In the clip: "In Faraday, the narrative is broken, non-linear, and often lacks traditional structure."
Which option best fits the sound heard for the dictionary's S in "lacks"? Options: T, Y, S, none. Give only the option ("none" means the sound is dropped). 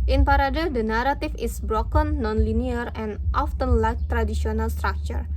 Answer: none